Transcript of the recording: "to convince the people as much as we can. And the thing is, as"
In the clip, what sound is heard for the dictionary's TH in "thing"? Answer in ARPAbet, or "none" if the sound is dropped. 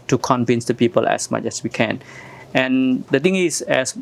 T